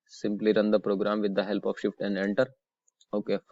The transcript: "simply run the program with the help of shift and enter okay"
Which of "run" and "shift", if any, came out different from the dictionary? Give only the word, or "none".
none